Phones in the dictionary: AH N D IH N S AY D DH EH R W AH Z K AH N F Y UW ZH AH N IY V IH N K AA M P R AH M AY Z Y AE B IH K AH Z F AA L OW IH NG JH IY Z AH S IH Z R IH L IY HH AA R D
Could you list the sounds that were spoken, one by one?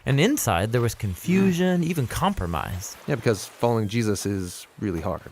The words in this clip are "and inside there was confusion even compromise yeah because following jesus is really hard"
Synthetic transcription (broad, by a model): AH N IH N S AY D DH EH R W AH Z K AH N F Y UW ZH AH N IY V IH N K AA M P R AH M AY Z Y AE B IH K AH Z F AA L OW IH NG JH IY Z AH S IH Z R IH L IY HH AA R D